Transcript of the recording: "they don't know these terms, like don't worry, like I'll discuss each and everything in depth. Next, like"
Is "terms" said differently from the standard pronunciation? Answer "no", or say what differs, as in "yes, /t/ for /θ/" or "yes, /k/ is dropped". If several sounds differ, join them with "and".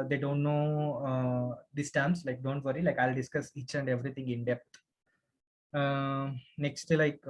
yes, /s/ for /z/